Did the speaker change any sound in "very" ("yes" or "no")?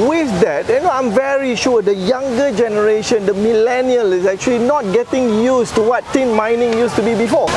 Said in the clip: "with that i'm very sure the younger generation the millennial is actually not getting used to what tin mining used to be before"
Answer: no